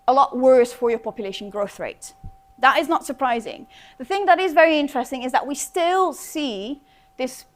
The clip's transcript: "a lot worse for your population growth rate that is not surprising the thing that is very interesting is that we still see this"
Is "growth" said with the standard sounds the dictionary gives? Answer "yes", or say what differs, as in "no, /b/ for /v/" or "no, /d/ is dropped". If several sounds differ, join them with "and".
yes